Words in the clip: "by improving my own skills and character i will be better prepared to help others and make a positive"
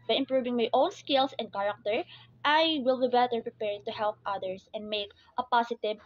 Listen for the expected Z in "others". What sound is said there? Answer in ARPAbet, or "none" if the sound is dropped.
S